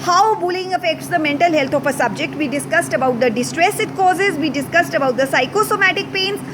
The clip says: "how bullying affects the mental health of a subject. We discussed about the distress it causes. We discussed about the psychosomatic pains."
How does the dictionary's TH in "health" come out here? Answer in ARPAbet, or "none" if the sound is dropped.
T